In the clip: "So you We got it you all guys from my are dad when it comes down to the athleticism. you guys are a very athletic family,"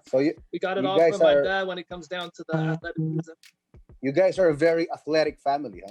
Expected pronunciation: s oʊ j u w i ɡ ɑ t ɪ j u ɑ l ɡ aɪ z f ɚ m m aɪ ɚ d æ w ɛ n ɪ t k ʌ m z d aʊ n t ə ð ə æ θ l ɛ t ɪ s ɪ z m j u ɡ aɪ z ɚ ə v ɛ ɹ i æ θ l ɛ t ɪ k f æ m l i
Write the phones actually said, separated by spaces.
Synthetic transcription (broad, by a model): s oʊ j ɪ w i ɡ ɑ t ɪ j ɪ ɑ ɡ aɪ z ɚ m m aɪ ɚ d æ w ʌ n ɪ t k ʌ m z d aʊ n t ə ð ə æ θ l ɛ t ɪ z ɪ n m j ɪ ɡ aɪ z ɚ ə v ɛ ɹ i æ θ l ɛ t ɪ k f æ m l i